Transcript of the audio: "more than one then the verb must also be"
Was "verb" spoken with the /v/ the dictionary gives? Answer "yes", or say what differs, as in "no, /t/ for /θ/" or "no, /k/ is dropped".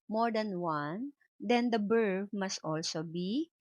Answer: no, /b/ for /v/